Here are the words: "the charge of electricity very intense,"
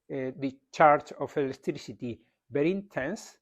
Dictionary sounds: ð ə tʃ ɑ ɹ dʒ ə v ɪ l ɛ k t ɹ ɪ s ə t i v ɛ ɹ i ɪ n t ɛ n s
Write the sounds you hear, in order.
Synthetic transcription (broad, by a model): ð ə tʃ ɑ ɹ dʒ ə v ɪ l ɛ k t ɹ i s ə t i b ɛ ɹ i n t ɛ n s